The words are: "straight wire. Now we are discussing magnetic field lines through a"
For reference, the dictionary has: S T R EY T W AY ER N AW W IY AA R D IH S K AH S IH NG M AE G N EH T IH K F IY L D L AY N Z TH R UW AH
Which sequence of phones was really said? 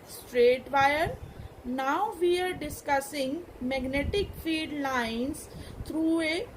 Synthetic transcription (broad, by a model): S T R EY T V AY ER N AW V IY AA R D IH S K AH S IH NG M AE G N EH T IH K F IY D L AY N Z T R UW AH